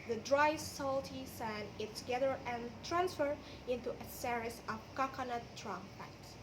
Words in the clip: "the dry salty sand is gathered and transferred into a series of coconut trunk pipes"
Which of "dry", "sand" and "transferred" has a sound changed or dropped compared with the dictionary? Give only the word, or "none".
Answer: sand